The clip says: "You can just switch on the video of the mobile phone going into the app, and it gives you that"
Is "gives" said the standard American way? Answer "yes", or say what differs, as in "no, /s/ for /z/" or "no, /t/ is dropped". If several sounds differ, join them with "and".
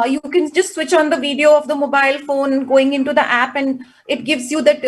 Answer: yes